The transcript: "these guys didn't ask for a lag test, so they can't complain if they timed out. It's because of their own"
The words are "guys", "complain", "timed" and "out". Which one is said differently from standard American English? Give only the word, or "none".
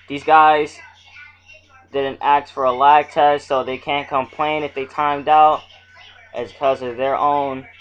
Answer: none